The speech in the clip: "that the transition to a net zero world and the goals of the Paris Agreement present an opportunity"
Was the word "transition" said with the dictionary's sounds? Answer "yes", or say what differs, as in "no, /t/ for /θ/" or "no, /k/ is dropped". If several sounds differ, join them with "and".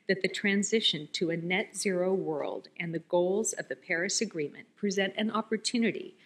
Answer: yes